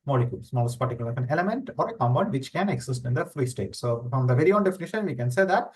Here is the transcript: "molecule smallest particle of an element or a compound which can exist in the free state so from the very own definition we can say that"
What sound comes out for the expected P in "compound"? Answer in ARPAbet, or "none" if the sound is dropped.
B